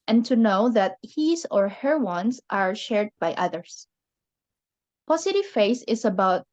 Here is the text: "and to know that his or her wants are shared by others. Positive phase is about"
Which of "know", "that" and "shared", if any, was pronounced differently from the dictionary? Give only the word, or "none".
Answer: none